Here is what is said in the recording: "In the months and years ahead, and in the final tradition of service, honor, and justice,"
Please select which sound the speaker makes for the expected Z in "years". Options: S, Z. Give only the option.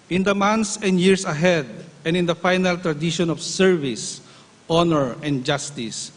S